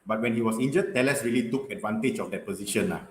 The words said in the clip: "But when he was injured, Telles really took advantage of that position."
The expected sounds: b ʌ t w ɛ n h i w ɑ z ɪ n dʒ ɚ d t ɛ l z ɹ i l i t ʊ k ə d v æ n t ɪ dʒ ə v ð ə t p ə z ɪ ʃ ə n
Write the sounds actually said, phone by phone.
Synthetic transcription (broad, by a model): b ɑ t w ɛ n h i w ɑ s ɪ n dʒ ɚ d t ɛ l s ɹ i l i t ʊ k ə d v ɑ n t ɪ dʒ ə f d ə t p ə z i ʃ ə n